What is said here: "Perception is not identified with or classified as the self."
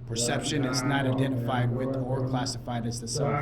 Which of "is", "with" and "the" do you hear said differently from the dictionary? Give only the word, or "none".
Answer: none